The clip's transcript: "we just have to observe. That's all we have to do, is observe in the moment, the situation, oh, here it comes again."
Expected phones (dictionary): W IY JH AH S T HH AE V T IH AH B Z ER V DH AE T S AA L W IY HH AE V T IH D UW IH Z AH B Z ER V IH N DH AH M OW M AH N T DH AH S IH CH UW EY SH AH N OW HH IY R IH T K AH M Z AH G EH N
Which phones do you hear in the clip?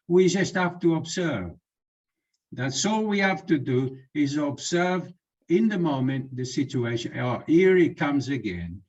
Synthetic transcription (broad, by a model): W IY JH AH S T HH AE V T IH AH B Z ER V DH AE T S AA L W IY HH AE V T IH D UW IH Z AH B Z ER V IH N DH AH M OW M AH N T DH AH S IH CH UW EY SH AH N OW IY R IH T K AH M Z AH G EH N